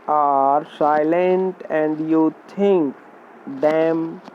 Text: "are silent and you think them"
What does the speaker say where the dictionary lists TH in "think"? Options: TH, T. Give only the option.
T